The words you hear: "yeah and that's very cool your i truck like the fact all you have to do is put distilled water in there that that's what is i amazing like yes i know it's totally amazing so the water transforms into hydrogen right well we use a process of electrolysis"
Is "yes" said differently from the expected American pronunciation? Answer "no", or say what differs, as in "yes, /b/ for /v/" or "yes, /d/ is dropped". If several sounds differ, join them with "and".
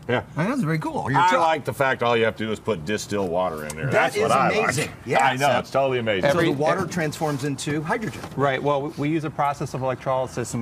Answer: yes, /s/ is dropped